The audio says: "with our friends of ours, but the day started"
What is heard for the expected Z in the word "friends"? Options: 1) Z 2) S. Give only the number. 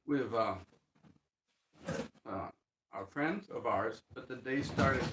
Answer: 1